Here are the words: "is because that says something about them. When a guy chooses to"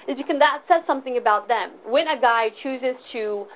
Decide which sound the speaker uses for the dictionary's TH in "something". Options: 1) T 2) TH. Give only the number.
2